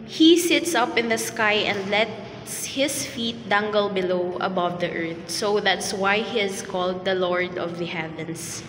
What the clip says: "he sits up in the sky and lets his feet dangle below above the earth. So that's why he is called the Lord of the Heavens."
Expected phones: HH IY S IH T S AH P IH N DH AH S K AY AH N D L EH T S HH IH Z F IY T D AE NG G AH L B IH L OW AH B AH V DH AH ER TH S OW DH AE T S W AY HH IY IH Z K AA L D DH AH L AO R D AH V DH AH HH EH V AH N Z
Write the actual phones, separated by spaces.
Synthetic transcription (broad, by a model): HH IY S IH T S AH P IH N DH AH S K AY AH N D L EH T S HH IH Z F IY T D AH NG G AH L B IH L OW AH B AH V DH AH ER TH S OW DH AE T S W AY HH IY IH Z K AA L D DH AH L AO R D AH V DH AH HH EH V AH N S